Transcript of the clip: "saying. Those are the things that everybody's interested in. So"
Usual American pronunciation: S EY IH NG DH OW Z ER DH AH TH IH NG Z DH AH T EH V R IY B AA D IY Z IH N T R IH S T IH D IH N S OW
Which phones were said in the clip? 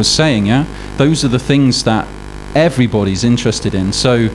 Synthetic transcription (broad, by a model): S EY IH NG DH OW Z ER DH AH TH IH NG Z DH AH T EH V R IY B AA D IY Z IH N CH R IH S T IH D IH N S OW